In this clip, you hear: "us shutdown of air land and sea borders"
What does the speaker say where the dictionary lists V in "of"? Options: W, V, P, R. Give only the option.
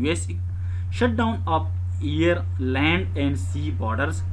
P